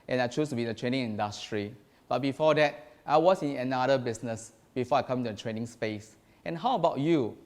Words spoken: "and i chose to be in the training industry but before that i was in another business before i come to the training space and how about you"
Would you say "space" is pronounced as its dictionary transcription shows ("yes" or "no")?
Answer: yes